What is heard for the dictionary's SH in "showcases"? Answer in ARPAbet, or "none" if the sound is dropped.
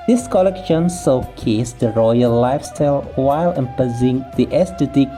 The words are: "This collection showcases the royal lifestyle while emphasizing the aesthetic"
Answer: S